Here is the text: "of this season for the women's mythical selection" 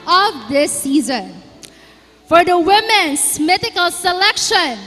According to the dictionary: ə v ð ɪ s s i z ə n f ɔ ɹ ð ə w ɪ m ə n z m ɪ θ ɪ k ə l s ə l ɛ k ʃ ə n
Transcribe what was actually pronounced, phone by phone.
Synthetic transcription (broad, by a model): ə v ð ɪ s s i z ə n f ɔ ɹ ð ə w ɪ m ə n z m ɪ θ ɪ k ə l s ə l ɛ k ʃ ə n